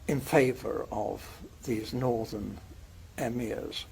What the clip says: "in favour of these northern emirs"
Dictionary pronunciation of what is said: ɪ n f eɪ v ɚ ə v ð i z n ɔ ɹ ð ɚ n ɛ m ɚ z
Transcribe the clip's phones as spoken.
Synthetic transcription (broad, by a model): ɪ n f eɪ v ɚ ə v ð i z n ɔ ɹ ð ɚ n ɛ m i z